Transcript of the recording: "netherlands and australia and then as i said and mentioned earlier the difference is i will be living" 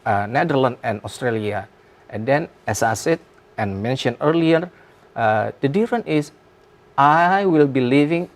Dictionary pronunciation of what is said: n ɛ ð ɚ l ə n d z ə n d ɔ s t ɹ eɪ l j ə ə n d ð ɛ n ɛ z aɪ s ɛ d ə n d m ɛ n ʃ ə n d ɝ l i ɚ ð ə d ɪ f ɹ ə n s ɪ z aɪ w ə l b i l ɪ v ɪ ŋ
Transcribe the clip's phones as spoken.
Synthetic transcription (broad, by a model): n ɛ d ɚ l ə n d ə n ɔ s t ɹ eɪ l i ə ə n d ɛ n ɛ s aɪ s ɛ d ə n m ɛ n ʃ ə n ɝ l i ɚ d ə d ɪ f ɹ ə n ɪ s aɪ w ə l b i l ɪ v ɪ ŋ